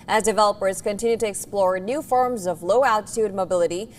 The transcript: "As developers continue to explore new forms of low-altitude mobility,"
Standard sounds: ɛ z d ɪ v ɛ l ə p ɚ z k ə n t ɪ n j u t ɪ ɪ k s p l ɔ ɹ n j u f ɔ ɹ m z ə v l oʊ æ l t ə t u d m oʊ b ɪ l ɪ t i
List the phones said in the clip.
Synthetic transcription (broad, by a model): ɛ z d ɪ v ɛ l ə p ɚ z k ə n t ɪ n j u t ɪ ɪ k s p l ɔ ɹ n j u f ɔ ɹ m z ə v l oʊ æ l t ə t u d m oʊ b ɪ l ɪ t i